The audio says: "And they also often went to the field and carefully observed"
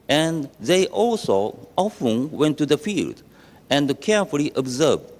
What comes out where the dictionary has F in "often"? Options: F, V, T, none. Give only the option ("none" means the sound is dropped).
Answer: F